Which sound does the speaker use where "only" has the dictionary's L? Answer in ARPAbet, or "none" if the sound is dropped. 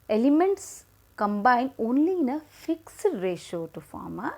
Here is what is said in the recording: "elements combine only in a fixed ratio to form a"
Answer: L